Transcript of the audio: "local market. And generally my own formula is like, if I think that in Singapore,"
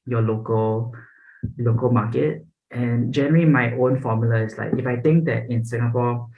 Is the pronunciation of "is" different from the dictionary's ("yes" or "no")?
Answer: yes